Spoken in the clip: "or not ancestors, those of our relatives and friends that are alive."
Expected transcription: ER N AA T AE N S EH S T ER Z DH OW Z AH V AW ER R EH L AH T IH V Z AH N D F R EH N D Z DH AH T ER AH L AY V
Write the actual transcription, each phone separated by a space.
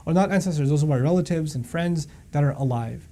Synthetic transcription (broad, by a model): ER N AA T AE N S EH S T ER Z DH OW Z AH B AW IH R EH L AH T IH V Z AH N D F R EH N D Z DH AH T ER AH L AY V